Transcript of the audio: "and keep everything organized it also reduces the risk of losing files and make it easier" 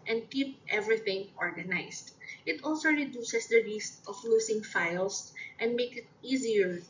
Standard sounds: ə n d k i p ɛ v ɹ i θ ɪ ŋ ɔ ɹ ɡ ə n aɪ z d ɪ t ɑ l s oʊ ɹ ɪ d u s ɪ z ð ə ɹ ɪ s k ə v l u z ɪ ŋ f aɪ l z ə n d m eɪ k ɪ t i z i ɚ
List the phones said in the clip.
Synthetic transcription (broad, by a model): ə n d k i p ɛ v ɹ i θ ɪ ŋ ɔ ɹ ɡ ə n aɪ s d ɪ t ɑ l s oʊ ɹ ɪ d u s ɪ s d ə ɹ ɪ s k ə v l u s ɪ ŋ f aɪ l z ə n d m eɪ k ɪ t i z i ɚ